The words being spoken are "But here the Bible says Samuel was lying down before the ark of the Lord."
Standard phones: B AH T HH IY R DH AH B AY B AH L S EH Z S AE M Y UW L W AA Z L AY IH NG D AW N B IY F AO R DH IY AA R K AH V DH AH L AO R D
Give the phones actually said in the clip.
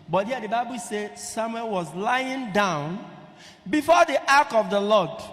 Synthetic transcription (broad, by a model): B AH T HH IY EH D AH B AY B AH L S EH S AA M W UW N W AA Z L AY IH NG D AW N B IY F AO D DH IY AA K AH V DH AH L AO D